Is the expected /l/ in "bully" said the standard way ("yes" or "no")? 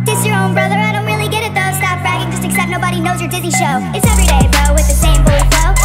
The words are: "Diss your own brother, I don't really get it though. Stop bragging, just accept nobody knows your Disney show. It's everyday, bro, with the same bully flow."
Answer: no